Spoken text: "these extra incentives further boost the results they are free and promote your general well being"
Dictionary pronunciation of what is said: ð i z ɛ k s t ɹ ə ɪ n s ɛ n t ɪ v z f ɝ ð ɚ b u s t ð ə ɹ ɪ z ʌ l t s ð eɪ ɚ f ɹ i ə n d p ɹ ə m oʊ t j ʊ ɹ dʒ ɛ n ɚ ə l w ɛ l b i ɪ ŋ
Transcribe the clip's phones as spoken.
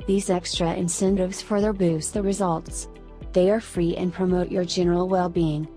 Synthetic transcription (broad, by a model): ð i z ɛ k s t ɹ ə ɪ n s ɛ n t ɪ v z f ɝ ð ɚ b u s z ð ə ɹ ɪ z ʌ l t s ð eɪ ɚ f ɹ i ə n p ɹ ə m oʊ t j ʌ ɹ dʒ ɛ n ɚ l w ɛ l b i ɪ ŋ